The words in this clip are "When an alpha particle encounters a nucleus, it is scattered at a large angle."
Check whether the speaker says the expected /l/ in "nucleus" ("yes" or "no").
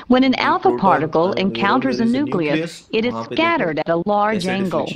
yes